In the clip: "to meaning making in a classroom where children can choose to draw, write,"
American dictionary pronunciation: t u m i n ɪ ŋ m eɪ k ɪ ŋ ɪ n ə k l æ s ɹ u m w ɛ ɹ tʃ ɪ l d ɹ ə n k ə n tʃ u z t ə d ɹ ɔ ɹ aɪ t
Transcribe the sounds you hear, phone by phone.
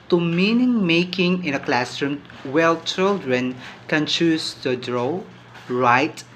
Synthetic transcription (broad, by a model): t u m i n ɪ ŋ m eɪ k ɪ ŋ ɪ n ə k l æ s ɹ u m w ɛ l tʃ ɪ l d ɹ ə n k ə n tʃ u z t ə d ɹ ɔ ɹ aɪ t